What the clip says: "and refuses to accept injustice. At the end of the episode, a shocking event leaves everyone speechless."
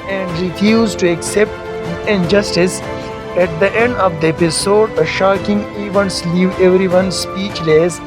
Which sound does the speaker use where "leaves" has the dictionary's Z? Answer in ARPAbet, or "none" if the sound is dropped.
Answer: none